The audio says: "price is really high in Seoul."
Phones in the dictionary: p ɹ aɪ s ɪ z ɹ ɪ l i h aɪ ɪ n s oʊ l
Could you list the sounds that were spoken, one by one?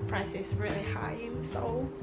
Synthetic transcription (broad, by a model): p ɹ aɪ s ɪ s ɹ ɪ l i h aɪ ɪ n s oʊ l